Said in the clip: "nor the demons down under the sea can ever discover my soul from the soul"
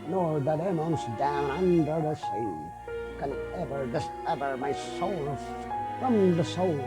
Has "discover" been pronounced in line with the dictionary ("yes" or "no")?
no